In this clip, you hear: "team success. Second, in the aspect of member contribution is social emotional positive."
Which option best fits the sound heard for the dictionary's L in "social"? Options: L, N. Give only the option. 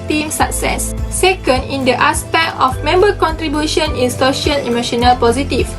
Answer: N